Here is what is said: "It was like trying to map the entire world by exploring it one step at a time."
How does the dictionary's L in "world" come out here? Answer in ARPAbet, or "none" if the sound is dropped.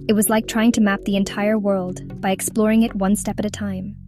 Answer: L